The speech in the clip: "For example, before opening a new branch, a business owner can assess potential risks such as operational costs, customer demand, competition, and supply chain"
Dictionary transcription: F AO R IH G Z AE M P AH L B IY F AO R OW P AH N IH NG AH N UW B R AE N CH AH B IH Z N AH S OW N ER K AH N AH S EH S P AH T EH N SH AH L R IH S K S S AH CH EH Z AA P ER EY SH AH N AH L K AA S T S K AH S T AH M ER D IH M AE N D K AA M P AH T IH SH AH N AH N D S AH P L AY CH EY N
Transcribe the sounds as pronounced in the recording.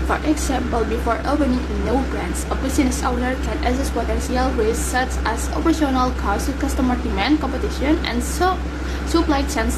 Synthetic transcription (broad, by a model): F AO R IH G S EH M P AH L B IY F AO R OW P AH N IH NG AH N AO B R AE N S AH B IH S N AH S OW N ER K AH N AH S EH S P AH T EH N S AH L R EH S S S AH CH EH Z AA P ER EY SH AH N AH L K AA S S K AH S T AH M ER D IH M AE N K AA M P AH T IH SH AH N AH N S AH P L AY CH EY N